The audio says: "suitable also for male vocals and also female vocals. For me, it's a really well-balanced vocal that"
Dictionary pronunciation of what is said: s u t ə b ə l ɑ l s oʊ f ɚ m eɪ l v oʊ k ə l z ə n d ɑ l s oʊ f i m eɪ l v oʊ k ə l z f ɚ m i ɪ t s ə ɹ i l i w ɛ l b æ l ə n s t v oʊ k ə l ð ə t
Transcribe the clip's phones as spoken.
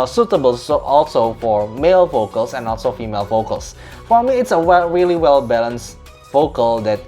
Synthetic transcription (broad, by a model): s u t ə b ə l ɑ l s oʊ f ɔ m eɪ l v oʊ k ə l s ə n ɑ l s oʊ f i m eɪ l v oʊ k ə l s f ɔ m i ɪ t s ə ɹ i l i w ɛ l b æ l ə n s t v oʊ k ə l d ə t